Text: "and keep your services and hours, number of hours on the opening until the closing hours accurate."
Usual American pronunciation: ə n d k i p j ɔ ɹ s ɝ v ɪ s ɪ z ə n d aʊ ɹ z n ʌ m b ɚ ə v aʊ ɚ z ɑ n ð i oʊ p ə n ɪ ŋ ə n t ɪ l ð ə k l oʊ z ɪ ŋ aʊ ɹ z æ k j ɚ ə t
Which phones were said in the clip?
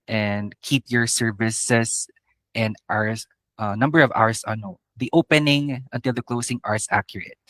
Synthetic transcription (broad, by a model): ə n d k i p j ɔ ɹ s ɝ v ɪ s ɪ s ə n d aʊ ɹ s n ʌ m b ɚ ə v aʊ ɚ s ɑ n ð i oʊ p ə n ɪ ŋ ə n t ɪ l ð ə k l oʊ s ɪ ŋ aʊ ɹ s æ k j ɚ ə t